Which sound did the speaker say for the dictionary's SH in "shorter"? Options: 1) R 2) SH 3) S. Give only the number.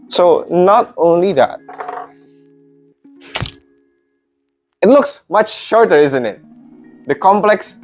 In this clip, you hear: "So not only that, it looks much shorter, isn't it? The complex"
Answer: 2